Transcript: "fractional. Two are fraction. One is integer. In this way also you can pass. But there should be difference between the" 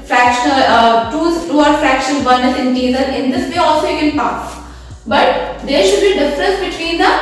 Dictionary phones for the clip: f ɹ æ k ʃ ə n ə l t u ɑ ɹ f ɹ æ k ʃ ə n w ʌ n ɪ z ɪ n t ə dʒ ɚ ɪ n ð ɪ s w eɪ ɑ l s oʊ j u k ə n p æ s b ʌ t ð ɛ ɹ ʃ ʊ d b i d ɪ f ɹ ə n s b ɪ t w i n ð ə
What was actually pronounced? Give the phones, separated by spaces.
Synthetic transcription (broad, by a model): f ɹ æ k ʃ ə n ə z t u ɑ ɹ f ɹ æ k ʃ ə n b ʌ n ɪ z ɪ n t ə z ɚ ɪ n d ɪ s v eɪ ɑ l s oʊ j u k ə n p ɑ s b ʌ t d ɛ ɹ ʃ ʊ d b i d ɪ f ɹ ə n s b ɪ t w i n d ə